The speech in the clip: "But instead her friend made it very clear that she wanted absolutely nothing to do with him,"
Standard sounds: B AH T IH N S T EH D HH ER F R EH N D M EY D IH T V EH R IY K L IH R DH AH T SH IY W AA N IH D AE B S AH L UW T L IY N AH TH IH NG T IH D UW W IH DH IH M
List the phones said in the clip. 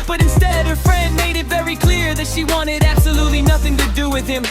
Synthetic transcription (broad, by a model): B AH T IH N S T EH D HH ER F R EH N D M EY D IH T V EH R IY K L IH R DH AH T SH IY W AA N IH D AE B S AH L UW T L IY N AH TH IH NG T IH D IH W IH DH IH M